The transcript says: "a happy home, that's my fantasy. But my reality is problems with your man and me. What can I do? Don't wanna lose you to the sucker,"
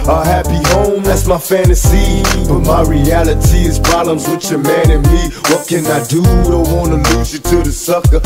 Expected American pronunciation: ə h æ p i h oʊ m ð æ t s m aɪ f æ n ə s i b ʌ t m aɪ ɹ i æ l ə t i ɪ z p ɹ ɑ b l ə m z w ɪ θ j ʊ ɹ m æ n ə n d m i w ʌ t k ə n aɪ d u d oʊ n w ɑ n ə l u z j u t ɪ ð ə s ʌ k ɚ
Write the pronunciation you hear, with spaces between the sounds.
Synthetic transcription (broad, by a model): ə h æ p i h oʊ m ð æ t s m aɪ f æ n ə s i b ʌ t m aɪ ɹ i æ l ə t i ɪ z p ɹ ɑ b l ə m z w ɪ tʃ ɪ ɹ m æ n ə n m i w ʌ t k ə n aɪ d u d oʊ w ɑ n ə l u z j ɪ t ɪ ð ə s ʌ k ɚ